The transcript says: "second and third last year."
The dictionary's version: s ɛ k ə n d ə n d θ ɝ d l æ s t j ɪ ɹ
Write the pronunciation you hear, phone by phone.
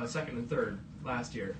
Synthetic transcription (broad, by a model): s ɛ k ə n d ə n θ ɝ d l æ s t j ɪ ɹ